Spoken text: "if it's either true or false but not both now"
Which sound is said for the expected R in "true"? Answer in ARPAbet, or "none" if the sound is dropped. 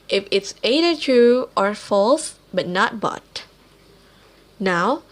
none